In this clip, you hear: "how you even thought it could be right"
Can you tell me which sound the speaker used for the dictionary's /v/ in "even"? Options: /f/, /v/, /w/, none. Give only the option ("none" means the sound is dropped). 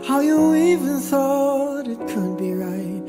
/v/